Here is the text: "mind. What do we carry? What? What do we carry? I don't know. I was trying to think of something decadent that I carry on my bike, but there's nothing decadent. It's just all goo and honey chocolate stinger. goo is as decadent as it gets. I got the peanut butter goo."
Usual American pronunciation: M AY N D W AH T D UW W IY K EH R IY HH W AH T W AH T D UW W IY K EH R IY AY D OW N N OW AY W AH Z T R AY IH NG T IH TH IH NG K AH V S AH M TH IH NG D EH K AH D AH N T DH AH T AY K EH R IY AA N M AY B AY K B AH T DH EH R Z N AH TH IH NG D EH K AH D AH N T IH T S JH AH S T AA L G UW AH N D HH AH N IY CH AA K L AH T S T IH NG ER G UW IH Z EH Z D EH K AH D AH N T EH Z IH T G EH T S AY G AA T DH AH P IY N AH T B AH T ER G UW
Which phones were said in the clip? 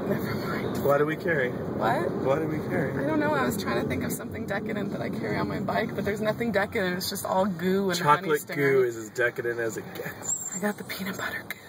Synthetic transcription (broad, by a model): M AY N W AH T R W IY K EH R IY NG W AH T W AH T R W IY K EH R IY AY D OW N N OW AY W AH Z T R AY IH NG T IH TH IH NG K AH V S AH M TH IH NG D EH K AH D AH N DH AH T AY K EH R IY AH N M AY B AY K B AH T DH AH R Z N AH TH IH NG D EH K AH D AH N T IH T S JH AH S T AA L G UW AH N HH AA IY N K L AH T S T G UW IH Z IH Z D EH K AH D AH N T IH Z IH T G EH T S AY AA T DH AH P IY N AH B AH T ER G